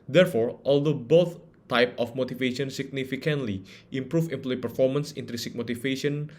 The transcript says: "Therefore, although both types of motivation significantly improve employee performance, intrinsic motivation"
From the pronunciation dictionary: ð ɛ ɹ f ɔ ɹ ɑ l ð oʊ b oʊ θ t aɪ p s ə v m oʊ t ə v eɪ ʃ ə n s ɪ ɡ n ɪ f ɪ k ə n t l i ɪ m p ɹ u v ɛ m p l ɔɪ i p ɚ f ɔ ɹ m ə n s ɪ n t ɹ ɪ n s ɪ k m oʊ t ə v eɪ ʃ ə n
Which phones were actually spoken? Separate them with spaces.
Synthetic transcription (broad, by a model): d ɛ ɹ f ɔ ɹ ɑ l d oʊ b oʊ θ t aɪ p ə f m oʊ t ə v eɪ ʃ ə n s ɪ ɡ n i f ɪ k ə n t l i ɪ m p ɹ u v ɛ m p l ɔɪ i p ɚ f ɔ ɹ m ə n s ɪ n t ɹ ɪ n s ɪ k m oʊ t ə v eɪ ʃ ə n